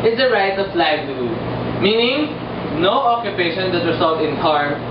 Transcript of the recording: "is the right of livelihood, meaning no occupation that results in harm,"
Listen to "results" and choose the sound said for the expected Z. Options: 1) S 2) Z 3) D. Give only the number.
1